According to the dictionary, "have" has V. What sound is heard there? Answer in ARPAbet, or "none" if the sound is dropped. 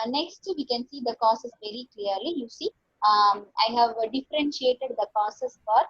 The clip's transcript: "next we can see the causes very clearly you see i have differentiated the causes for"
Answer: V